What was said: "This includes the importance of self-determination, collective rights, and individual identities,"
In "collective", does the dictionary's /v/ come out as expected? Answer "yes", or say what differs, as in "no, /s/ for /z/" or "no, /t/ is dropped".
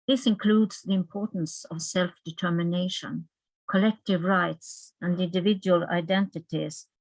yes